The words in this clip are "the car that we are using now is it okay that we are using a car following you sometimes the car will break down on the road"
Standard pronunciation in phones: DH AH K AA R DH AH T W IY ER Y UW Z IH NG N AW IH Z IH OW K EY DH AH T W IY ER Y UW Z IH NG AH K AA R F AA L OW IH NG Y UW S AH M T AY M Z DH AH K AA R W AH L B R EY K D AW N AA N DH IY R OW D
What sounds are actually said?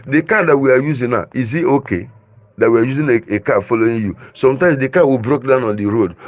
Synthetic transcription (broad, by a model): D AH K AA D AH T W IY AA Y UW Z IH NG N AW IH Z IH OW K EY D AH T W IY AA Y UW Z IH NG AH K AA F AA L OW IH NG Y UW S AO M T AY M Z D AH K AA W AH B R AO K D AW N AA N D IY R OW D